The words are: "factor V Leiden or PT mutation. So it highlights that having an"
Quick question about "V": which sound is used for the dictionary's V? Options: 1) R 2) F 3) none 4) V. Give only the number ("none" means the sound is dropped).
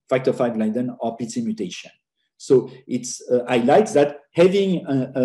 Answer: 2